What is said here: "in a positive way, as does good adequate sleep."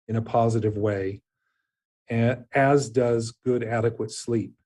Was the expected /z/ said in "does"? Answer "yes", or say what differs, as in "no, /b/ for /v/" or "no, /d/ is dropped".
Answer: yes